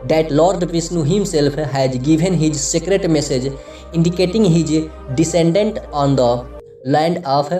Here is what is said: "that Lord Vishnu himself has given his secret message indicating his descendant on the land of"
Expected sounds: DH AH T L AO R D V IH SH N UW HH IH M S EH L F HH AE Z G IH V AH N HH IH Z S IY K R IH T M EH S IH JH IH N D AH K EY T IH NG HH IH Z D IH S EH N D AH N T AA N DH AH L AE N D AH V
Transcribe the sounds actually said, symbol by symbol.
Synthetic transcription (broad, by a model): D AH T L AO R D P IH S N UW HH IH M S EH L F HH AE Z G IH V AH N HH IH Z S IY K R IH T M EH S IH JH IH N D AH K EY T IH NG HH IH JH D IH S EH N D AH N T AA N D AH L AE N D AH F